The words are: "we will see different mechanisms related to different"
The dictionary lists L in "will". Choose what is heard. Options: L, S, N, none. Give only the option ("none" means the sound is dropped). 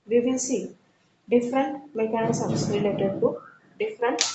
N